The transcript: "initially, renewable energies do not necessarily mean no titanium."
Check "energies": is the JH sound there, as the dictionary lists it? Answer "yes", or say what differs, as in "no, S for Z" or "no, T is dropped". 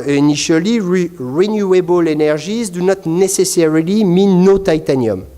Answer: no, ZH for JH